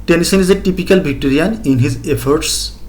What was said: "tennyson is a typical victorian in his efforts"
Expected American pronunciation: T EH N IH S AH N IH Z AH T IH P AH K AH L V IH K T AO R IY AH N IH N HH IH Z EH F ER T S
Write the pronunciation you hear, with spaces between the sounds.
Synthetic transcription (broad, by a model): T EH N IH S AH N IH Z AH T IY P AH K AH L B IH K T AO R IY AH N IH N HH IH Z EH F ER T S